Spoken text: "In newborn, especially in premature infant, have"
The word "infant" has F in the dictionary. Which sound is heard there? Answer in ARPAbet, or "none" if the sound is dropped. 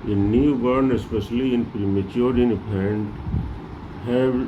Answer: P